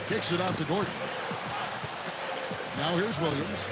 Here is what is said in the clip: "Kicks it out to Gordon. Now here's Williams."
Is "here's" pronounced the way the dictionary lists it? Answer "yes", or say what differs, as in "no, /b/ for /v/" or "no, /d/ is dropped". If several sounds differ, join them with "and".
yes